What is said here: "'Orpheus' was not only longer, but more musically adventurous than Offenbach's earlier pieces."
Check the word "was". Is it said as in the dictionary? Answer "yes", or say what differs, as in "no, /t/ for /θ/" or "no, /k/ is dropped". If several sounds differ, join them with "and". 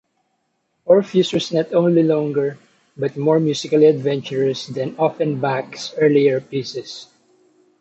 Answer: no, /s/ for /z/